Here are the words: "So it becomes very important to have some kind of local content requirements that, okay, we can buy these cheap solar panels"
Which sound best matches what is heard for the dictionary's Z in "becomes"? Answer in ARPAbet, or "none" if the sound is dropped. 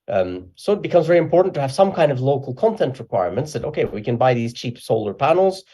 Z